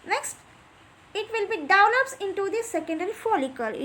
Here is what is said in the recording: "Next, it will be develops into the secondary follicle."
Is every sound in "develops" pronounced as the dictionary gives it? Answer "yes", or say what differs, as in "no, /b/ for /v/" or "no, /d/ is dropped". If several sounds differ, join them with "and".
no, /v/ is dropped and /n/ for /l/